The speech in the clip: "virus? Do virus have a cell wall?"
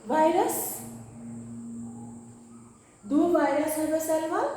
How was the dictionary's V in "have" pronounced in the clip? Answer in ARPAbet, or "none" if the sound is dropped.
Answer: B